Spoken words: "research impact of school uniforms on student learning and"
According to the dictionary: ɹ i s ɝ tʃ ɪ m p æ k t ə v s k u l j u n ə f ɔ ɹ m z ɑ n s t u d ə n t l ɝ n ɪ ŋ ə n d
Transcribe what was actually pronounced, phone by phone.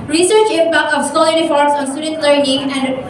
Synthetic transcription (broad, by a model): ɹ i s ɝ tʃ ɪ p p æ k ə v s ɔ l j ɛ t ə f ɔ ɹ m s ɑ n s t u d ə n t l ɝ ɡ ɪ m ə n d